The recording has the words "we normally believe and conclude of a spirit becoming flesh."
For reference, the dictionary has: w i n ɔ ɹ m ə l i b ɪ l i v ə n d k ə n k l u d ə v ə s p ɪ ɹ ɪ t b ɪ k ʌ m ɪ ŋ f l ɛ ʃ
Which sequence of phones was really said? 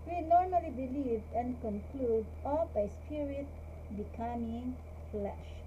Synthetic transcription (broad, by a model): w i n ɔ ɹ m ə l i b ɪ l i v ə n k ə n k l u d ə b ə s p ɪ ɹ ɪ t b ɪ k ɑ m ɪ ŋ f l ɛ ʃ